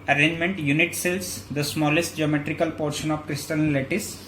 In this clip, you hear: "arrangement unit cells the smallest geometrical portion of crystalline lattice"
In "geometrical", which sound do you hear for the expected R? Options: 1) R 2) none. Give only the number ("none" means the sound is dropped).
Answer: 1